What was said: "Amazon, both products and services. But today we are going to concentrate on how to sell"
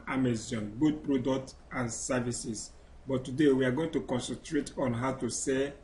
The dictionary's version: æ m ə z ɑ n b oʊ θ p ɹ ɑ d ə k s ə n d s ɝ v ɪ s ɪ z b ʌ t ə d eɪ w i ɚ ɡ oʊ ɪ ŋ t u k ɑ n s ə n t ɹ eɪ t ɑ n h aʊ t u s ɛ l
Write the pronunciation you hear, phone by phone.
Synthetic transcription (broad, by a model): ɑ m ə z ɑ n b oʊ t p ɹ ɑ d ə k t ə n s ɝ v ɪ s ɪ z b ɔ t ə d eɪ w i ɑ ɡ oʊ ɪ ŋ t u k ɑ n s ə n t ɹ eɪ t ɑ n h aʊ t u s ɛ